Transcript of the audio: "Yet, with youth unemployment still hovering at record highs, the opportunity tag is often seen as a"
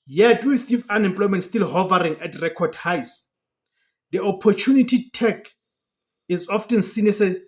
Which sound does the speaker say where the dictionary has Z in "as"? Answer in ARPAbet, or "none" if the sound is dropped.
S